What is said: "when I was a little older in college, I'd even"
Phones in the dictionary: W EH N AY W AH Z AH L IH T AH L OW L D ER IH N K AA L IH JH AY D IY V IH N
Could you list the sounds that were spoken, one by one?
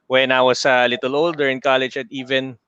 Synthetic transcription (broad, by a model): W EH N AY W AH S AH L IH T AH L OW L D ER IH N K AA L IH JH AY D IY V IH N